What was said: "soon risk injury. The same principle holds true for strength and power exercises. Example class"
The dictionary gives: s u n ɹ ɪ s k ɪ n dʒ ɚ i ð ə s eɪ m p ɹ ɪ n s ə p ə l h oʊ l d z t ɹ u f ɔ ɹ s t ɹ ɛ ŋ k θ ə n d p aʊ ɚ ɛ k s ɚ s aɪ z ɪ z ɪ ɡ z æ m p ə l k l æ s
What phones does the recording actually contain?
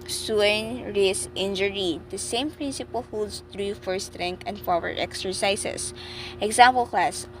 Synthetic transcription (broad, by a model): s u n ɹ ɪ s ɪ n dʒ ɚ i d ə s eɪ m p ɹ ɪ n s ə p ə l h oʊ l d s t ɹ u f ɔ ɹ s t ɹ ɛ ŋ k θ ə n d f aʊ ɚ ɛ k s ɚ s aɪ s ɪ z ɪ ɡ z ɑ m p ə l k l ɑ s